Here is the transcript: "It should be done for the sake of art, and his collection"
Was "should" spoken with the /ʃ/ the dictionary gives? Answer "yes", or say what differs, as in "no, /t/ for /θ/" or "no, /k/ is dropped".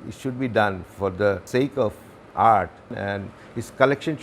yes